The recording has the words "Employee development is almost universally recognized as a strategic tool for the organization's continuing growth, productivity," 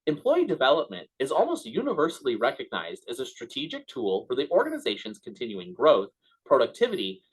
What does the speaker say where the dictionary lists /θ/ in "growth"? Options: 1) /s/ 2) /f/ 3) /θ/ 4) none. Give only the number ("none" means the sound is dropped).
3